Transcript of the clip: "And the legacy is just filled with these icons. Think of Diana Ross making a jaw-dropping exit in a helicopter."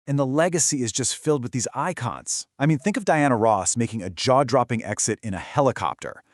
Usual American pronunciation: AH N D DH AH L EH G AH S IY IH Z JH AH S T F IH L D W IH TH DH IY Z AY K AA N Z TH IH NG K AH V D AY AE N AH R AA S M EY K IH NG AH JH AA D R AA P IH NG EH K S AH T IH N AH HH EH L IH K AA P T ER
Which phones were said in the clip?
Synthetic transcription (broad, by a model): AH N DH AH L EH G AH S IY IH Z JH AH S T F IH L D W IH DH IY Z AY K AA N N TH IH NG K AH V D AY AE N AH R AA S M EY K IH NG AH JH AA D R AA P IH NG EH K S AH T IH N AH HH EH L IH K AA P T ER